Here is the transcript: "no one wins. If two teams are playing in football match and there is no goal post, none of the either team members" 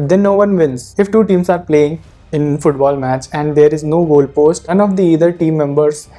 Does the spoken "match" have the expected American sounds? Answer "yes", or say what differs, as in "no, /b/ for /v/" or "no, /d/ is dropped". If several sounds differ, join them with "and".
yes